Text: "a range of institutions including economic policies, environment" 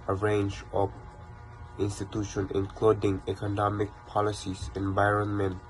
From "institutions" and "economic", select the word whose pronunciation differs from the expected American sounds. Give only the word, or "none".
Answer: institutions